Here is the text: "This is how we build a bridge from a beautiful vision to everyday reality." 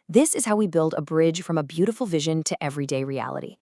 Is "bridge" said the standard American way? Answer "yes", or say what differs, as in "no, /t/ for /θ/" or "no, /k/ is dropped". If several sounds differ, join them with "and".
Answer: no, /ʒ/ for /dʒ/